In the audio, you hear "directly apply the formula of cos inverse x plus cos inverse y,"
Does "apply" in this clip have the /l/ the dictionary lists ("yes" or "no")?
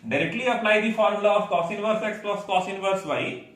no